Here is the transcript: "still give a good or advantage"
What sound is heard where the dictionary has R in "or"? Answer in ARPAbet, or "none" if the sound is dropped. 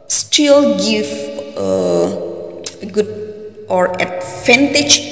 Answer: R